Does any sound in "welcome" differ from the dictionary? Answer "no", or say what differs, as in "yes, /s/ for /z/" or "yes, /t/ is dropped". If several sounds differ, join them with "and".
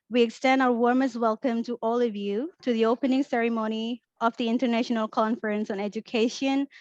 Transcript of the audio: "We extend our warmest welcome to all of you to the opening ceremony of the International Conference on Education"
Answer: no